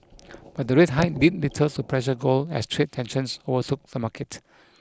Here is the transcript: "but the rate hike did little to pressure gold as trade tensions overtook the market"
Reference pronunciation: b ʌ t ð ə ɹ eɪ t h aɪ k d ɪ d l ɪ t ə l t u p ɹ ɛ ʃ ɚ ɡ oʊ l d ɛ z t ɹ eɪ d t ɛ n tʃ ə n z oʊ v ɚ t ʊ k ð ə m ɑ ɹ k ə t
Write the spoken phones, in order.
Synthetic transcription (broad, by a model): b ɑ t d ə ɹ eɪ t h aɪ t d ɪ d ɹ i t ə t u p ɹ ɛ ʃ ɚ ɡ oʊ l ɛ s t ɹ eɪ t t ɛ n ʃ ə n s oʊ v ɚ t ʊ k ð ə m ɑ k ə t